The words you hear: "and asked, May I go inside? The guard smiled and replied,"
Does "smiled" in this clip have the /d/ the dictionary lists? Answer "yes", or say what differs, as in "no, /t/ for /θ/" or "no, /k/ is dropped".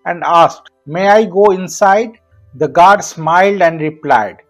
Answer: yes